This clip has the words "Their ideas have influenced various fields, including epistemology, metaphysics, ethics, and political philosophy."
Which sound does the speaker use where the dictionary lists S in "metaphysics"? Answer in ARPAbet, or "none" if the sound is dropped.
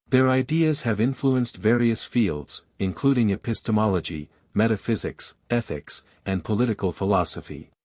S